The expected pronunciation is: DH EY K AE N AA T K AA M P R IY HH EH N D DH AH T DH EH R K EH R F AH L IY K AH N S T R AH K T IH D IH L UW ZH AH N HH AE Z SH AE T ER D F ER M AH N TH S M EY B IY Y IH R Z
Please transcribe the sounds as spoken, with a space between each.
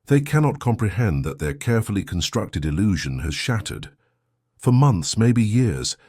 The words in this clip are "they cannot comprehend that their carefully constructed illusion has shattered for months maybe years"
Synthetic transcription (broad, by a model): DH EY K AE N AA T K AA M P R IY HH EH N DH AH T DH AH R K EH R F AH L IY K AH N S T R AH K T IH D IH L UW ZH AH N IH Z SH AE T ER D F ER M AH N TH S M EY B IY Y IH R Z